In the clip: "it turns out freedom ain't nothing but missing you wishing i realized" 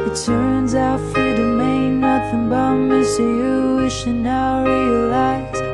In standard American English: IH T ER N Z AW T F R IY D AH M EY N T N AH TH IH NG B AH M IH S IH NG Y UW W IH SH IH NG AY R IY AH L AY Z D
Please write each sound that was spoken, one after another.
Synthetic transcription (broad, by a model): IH T ER N Z AW T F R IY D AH M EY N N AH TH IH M B AH M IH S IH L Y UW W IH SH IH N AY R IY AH L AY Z